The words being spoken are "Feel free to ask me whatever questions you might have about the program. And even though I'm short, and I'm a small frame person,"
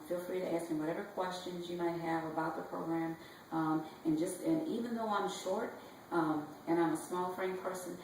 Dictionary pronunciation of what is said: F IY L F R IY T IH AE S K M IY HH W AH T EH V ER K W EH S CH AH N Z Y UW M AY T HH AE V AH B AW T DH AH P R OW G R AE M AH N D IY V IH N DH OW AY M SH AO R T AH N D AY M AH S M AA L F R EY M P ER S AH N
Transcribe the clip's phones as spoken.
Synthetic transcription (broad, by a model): F IY L F R IY T IH AE S K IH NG W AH T EH V ER K W EH S CH AH N Z Y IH M AY T HH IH V AH B AW T DH AH P R OW G R AE M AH N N IY V IH N DH OW AY M SH AO R T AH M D AY M AH S M AA L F R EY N P ER S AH N